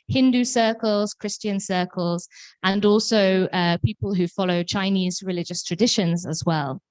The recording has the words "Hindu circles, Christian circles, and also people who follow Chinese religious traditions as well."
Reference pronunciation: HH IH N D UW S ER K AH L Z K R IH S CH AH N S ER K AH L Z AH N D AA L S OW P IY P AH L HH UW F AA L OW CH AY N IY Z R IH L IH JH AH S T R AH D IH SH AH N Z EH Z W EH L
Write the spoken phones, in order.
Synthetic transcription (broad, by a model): HH IH N D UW S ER K AH L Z K R IH S CH AH N S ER K AH L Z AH N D AA L S OW P IY P AH L HH UW F AA L OW CH AY N IY Z R IH L IH JH AH S T R AH D IH SH AH N Z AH Z W EH L